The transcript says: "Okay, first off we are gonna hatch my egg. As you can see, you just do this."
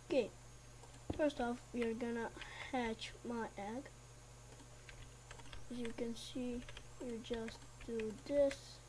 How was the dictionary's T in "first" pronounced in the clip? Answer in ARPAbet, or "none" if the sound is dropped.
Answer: T